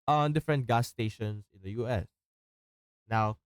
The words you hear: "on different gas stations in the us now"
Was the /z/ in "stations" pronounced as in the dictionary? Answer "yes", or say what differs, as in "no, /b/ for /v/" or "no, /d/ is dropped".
no, /s/ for /z/